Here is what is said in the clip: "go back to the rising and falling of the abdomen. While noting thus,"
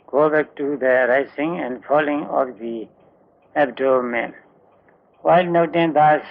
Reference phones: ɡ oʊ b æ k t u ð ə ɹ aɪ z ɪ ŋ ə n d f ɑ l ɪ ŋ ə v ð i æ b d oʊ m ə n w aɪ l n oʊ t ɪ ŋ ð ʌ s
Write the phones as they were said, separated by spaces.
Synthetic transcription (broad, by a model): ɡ oʊ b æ k t u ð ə ɹ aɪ s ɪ ŋ ə n d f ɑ l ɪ ŋ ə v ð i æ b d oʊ m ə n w aɪ l n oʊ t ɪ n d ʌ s